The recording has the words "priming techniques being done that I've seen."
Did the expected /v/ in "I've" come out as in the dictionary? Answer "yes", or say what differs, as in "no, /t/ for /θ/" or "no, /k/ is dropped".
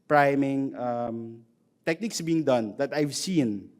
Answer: yes